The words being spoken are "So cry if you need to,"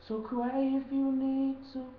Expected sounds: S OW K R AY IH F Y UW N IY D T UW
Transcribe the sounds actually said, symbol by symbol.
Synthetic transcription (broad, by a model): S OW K W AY IH F Y UW N IY D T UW